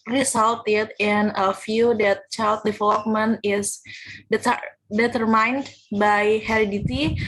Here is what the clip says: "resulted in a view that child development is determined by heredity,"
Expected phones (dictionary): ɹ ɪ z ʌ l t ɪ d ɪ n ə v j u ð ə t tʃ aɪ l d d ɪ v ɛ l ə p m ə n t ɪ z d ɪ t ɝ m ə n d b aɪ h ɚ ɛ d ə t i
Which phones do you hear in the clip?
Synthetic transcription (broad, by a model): ɹ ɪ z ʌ l t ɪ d ɪ n ə f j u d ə t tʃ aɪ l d d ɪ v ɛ l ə p m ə n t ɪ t d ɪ t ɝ m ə n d b aɪ h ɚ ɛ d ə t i